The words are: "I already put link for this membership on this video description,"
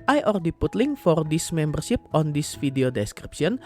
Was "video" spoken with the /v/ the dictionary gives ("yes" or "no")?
no